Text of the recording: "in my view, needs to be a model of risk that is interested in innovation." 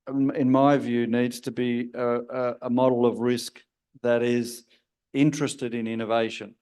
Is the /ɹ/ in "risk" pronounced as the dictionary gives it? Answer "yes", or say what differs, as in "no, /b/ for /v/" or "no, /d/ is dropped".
yes